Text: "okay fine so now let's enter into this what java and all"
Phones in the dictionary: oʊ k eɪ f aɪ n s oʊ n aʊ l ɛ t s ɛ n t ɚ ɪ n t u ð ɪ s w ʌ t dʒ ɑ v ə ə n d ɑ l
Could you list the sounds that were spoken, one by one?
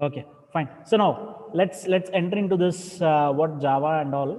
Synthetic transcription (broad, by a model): oʊ k eɪ f aɪ n s oʊ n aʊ l ɛ t s ɛ n t ɚ ɪ n t u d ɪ s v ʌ t dʒ ɑ v ə ə n d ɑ l